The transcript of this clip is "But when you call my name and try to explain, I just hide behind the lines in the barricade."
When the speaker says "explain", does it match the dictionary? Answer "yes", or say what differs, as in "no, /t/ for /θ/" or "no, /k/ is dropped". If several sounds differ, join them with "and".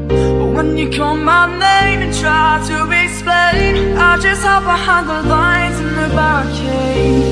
no, /k/ is dropped